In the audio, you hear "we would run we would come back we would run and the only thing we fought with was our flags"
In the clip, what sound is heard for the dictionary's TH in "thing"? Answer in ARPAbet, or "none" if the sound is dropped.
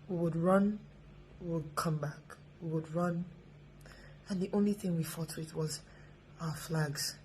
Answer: TH